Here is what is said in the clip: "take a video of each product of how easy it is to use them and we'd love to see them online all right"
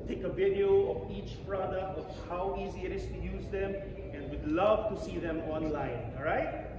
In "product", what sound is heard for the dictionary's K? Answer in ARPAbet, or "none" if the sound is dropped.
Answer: K